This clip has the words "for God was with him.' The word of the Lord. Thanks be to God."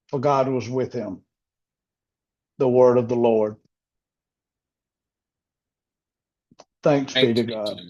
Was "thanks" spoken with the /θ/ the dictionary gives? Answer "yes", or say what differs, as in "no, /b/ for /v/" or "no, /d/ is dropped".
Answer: yes